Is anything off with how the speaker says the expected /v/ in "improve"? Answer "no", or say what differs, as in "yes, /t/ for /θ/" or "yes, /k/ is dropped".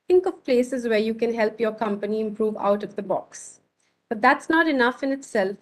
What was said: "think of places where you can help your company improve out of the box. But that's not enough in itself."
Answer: no